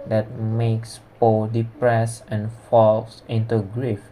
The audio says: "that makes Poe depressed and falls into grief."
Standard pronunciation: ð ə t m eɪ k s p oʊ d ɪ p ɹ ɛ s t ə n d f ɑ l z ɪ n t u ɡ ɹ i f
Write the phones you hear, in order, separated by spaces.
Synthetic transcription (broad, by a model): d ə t m eɪ k s p oʊ d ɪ p ɹ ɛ s ə n f ɑ l s ɪ n t u ɡ ɹ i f